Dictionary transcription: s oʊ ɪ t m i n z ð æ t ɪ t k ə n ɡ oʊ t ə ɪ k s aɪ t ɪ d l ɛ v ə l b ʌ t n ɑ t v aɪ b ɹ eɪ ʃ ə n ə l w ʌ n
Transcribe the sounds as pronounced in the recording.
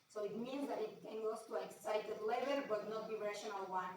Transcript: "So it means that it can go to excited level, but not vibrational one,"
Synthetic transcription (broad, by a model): s oʊ ɪ t m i n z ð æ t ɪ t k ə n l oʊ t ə ɪ k s aɪ t ɪ d l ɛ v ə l b ʌ t n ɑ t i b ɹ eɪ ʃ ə n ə l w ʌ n